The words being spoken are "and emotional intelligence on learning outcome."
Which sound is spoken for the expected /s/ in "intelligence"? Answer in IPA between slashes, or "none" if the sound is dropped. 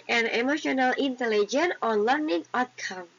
none